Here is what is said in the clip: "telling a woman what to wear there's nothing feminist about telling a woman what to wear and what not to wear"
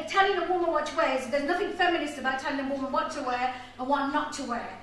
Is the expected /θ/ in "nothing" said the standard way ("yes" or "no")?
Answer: yes